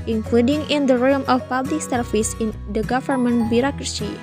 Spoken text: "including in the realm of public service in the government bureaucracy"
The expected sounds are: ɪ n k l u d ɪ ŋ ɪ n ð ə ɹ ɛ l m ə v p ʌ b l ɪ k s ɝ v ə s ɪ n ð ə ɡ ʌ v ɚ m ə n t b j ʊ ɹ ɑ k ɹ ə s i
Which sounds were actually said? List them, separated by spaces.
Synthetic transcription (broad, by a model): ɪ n k l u d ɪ ŋ ɪ n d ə ɹ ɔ m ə f p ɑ b l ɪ k s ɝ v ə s ɪ n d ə ɡ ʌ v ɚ m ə n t b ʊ ɹ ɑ k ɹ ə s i